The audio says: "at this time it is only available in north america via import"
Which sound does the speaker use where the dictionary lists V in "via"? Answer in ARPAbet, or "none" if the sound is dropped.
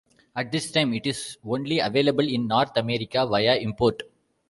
V